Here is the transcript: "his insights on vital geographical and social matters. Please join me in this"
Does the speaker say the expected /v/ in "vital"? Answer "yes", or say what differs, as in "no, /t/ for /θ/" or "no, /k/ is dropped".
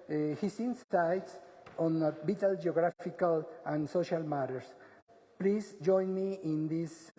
no, /b/ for /v/